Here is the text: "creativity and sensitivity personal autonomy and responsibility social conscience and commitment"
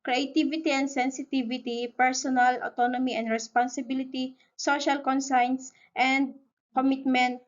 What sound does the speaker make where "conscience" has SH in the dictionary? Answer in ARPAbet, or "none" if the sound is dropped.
S